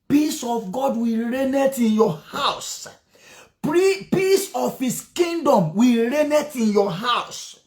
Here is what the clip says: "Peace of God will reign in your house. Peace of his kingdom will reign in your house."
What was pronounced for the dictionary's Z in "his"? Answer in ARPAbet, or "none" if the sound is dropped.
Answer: S